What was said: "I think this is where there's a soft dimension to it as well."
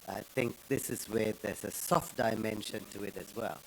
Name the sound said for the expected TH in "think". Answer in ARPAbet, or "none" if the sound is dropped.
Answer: TH